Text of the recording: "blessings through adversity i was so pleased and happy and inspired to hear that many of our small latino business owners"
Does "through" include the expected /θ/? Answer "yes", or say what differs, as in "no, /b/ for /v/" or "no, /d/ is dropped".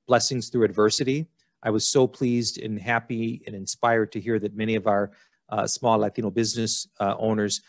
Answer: yes